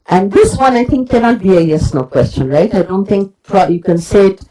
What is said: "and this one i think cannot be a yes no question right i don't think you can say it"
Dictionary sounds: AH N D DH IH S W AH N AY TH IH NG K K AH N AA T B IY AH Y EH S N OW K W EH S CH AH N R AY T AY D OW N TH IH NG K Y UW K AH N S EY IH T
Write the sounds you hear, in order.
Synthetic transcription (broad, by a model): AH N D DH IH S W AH N AY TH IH NG K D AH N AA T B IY AH Y EH S N OW K W EH S CH AH N R AY T AY D OW N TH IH NG K Y UW K AH N S EY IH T